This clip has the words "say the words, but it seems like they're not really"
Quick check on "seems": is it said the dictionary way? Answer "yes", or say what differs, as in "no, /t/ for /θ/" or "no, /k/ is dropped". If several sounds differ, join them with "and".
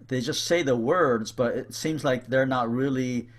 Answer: yes